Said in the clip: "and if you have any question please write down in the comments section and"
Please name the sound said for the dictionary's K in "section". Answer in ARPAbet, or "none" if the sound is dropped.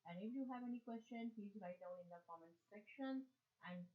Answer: K